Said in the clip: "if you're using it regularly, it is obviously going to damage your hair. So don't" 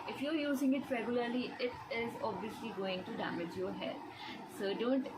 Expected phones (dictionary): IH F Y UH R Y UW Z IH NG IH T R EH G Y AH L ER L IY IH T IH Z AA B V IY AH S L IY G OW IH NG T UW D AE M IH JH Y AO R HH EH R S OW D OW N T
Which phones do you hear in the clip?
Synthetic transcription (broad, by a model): IH F Y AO R Y UW Z IH NG IH T R EH G Y AH L ER L IY IH T IH Z AA B V IY AH S L IY G OW IH NG T UW D AE M IH JH Y AO R HH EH L S OW D OW N T